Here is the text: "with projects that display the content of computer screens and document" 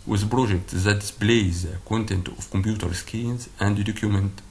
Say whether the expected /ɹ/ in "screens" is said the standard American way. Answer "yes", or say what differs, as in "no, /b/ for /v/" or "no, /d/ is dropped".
no, /ɹ/ is dropped